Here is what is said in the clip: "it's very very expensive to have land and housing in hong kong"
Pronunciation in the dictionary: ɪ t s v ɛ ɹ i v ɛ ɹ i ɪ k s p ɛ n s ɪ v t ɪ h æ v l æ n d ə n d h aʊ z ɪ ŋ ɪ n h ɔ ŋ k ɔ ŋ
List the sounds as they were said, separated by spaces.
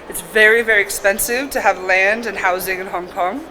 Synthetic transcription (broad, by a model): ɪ t s v ɛ ɹ i v ɛ ɹ i ɪ k s p ɛ n s ɪ v t ɪ v l æ n d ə n h aʊ z ɪ ŋ ɪ n h ɔ ŋ k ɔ ŋ